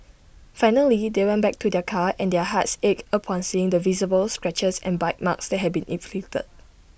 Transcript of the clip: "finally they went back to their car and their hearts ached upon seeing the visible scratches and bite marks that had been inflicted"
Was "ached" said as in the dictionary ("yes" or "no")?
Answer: no